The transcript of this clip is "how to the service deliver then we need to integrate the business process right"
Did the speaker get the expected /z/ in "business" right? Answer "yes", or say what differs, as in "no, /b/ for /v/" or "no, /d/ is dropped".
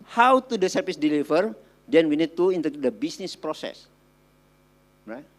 no, /s/ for /z/